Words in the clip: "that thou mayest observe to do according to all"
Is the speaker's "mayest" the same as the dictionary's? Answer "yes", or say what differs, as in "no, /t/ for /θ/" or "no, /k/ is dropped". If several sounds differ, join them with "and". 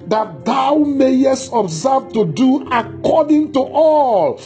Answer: yes